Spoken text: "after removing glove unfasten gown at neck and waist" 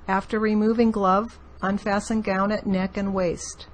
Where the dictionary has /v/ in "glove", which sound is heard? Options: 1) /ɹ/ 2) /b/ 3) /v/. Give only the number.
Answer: 3